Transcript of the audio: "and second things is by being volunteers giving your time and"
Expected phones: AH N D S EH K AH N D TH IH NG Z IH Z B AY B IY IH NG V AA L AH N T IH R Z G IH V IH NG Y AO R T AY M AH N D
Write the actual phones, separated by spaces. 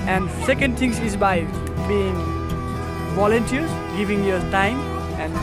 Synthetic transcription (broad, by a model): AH N D S EH K AH N D T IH NG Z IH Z B AY B IY IH NG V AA L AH N T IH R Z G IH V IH NG Y AO R T AY M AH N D